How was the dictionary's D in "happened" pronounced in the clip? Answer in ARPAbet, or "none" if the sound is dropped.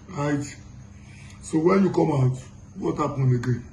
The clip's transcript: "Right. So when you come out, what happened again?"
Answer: none